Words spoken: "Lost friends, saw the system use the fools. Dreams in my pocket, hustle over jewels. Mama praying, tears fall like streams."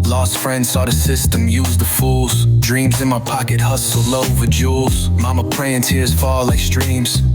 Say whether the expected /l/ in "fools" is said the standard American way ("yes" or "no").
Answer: yes